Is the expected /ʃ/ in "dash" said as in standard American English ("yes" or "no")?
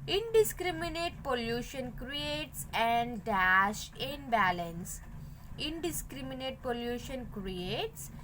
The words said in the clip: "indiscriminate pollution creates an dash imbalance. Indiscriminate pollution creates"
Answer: yes